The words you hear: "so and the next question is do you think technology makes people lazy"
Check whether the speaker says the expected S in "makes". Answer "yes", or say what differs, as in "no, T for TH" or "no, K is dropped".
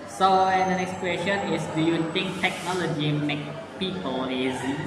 no, S is dropped